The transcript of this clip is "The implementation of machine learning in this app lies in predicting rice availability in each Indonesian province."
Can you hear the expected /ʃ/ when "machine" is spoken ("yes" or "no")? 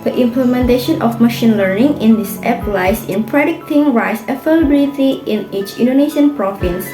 yes